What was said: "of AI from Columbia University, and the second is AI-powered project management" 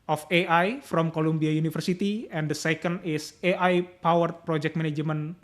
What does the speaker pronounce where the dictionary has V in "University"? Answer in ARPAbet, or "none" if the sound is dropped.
F